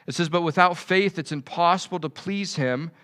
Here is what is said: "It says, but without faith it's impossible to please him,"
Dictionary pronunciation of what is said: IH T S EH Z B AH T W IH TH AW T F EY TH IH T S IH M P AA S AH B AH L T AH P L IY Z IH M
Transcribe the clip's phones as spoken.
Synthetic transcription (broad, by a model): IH T S EH Z B AH T W IH TH AW T F EY TH IH T S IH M P AA S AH B L T AH P L IY Z IH M